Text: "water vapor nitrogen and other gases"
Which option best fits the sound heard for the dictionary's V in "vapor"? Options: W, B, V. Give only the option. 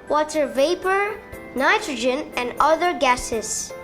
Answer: V